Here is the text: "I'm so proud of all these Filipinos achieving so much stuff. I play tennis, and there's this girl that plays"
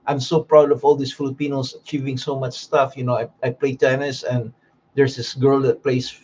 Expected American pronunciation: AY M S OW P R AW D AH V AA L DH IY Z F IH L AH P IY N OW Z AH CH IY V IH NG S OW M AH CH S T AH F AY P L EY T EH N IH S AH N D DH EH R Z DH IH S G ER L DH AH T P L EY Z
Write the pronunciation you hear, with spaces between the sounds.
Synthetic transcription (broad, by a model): AY M S OW P R AW D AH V AA L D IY S F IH L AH P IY N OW S AH CH IY V IH NG S OW M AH CH S T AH F AY P L EY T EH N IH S AH N D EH R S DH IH S G ER L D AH T P L EY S